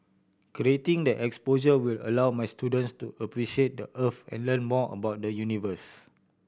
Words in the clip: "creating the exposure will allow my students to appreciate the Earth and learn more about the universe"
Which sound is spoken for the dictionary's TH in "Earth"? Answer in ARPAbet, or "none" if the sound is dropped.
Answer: F